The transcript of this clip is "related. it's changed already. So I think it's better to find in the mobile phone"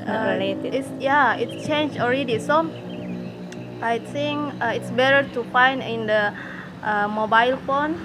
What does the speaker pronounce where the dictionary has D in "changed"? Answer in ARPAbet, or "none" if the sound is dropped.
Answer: none